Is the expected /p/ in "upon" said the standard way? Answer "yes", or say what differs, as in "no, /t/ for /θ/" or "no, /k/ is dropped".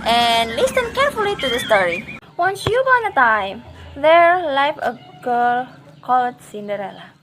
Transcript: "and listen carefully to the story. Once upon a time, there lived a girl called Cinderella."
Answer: no, /b/ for /p/